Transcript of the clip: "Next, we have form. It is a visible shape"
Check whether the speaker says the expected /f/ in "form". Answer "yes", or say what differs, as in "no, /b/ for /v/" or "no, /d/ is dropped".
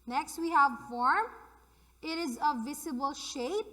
yes